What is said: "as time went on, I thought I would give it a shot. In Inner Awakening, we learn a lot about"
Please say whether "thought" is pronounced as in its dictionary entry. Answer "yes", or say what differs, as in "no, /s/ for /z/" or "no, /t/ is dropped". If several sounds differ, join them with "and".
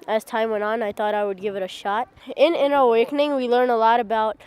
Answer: yes